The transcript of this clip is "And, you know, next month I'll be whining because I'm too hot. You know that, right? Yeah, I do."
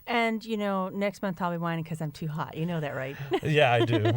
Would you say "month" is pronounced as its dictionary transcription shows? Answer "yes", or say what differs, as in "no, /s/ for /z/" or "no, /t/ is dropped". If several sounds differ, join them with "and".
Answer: yes